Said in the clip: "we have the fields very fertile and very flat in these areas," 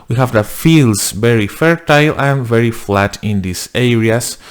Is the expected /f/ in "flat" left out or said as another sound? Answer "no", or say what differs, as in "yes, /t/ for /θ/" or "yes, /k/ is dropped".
no